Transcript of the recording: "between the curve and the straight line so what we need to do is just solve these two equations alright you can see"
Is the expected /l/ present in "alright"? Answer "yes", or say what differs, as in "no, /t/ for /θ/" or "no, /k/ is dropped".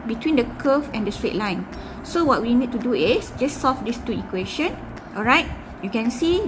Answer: yes